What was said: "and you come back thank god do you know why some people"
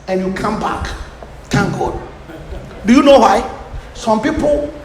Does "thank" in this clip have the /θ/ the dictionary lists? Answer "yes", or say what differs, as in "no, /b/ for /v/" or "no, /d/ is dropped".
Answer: no, /t/ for /θ/